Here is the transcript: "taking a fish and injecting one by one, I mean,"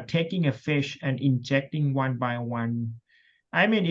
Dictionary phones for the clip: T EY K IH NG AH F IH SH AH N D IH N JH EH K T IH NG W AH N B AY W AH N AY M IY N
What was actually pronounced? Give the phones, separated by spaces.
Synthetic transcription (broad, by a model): T EY K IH NG AH F IH SH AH N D IH N JH EH K T IH NG W AH N B AY W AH N AY M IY N